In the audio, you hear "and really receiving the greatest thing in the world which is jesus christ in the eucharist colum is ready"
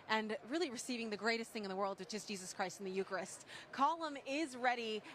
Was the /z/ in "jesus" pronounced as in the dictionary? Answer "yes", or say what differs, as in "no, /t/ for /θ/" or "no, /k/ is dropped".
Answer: yes